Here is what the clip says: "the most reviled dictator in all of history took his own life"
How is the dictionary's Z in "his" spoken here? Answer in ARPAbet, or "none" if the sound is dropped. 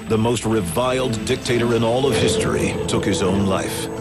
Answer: Z